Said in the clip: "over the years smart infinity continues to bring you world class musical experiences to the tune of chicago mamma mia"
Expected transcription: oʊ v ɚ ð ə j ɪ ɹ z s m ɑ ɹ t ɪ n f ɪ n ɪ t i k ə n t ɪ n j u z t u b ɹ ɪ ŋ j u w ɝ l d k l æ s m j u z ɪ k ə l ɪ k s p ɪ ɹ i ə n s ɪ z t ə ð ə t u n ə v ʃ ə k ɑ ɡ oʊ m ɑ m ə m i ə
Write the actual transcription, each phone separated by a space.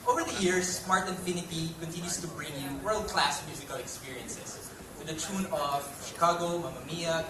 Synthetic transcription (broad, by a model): oʊ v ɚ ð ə j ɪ ɹ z s m ɑ ɹ t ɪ n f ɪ n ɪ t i k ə n t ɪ n j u s t u b ɹ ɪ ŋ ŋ w ɝ l d k l æ s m j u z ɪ k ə l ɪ k s p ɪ ɹ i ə n s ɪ s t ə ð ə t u n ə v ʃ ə k ɑ ɡ oʊ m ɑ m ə m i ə